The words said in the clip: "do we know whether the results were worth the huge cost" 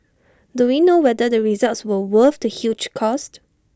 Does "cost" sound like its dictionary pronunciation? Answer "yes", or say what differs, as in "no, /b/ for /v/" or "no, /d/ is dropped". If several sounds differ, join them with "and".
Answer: yes